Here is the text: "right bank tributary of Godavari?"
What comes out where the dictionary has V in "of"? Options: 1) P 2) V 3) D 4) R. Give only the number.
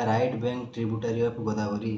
1